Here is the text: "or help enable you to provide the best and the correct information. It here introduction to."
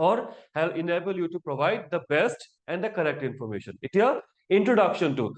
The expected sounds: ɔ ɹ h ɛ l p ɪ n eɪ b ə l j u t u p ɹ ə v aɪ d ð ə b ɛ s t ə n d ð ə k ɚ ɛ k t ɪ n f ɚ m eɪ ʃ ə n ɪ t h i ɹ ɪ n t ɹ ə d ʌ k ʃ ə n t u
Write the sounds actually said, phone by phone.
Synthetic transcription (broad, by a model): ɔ ɹ h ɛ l ɪ n eɪ b ə l j u t u p ɹ ə v aɪ d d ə b ɛ s t ə n d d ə k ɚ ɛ k t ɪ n f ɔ m eɪ ʃ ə n ɪ t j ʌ ɪ n t ɹ ə d ʌ k ʃ ə n t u